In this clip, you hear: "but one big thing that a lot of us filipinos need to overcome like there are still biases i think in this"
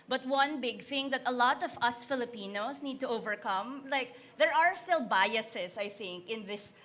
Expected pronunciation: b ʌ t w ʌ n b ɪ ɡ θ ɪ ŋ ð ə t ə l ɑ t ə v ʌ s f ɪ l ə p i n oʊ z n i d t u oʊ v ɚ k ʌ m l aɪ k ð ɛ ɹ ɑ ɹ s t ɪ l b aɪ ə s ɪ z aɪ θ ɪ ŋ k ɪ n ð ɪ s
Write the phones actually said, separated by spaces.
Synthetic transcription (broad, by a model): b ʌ t w ʌ n b ɪ ɡ θ ɪ ŋ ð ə t ə l ɑ t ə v ʌ s f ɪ l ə p i n oʊ s n i d t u oʊ v ɚ k ʌ m l aɪ k ð ɛ ɹ ɑ ɹ s t ɪ l b aɪ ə s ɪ s aɪ θ ɪ ŋ k ɪ n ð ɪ s